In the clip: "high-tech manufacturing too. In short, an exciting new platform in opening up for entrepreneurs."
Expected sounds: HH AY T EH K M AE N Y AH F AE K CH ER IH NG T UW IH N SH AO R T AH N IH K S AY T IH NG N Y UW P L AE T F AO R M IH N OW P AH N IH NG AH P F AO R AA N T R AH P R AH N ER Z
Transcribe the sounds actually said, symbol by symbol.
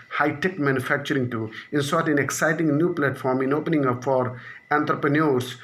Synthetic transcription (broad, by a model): HH AY T EH K M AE N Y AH F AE K CH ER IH NG T UW IH N S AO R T AH N IH K S AY T IH NG N Y UW P L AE T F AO R M IH N OW P AH N IH NG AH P F AO R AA N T R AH P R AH N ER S